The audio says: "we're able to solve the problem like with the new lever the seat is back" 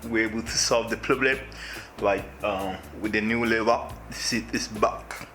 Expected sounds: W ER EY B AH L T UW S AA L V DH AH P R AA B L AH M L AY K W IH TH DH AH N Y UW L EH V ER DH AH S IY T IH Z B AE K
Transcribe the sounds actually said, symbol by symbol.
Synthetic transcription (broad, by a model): W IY EY B AH L T UW S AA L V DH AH P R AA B L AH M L AY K W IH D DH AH N Y UW L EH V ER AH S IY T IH S B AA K